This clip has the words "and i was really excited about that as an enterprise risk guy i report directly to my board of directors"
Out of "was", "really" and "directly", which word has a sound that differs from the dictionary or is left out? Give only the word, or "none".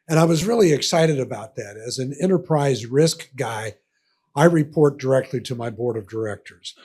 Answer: none